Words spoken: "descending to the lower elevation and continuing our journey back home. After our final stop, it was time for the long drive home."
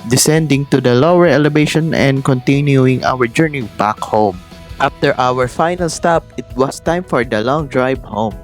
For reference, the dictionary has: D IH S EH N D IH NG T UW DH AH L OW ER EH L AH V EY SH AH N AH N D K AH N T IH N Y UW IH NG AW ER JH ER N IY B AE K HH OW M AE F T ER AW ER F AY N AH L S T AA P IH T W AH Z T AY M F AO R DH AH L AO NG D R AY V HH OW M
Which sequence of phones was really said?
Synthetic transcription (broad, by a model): D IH S EH N D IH NG T UW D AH L OW ER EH L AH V EY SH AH N AH N D K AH N T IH N Y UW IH NG AW ER JH ER N IY B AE K HH OW M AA F T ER AW ER F AY N AH L S T AA P IH T W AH S T AY M F AO R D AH L AO NG D R AY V HH OW M